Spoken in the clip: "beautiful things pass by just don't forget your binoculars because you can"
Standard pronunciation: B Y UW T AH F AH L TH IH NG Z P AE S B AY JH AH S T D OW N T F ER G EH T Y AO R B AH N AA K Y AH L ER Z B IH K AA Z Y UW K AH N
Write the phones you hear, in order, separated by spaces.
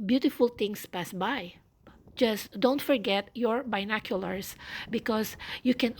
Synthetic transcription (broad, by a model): B Y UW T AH F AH L T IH NG S P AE S B AY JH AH S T D OW N T F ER G EH T Y AO R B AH N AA K Y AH L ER S B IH K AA S Y UW K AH N